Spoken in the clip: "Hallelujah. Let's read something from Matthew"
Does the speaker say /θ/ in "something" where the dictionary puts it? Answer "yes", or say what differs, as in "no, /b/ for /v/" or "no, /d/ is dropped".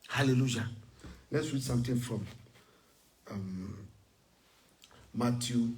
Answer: no, /t/ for /θ/